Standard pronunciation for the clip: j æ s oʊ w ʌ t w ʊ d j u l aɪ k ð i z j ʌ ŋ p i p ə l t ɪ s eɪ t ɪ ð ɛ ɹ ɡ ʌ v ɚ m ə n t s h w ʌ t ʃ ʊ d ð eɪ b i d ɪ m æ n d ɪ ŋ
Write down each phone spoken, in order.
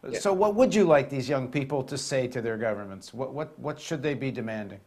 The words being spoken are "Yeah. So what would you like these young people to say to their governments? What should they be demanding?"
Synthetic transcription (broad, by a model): s oʊ w ʌ t w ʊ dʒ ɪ l aɪ k ð i z j ʌ ŋ p i p l t ɪ s eɪ t ɪ ð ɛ ɹ ɡ ʌ v ɚ m ə n t s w w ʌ t ʃ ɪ d ð eɪ b i d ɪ m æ n d ɪ ŋ